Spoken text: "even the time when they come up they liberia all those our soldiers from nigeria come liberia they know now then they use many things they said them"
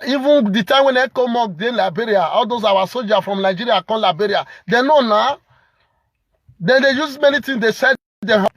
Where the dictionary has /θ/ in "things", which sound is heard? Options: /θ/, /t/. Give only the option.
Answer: /t/